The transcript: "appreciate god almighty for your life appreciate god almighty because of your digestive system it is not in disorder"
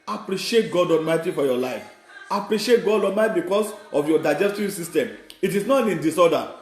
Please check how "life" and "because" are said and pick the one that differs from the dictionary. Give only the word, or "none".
because